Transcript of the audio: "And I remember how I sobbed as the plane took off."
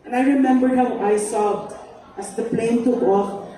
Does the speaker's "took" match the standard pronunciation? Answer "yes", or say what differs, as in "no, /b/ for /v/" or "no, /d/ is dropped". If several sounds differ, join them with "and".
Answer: no, /k/ is dropped